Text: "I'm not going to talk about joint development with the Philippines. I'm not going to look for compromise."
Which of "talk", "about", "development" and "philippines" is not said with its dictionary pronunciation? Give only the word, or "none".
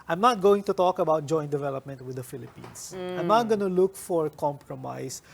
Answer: philippines